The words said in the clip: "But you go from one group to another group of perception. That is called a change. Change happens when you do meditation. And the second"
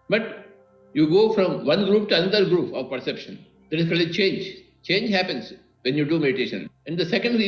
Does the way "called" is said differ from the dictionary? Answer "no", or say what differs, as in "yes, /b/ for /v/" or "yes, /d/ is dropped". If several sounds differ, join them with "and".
yes, /d/ is dropped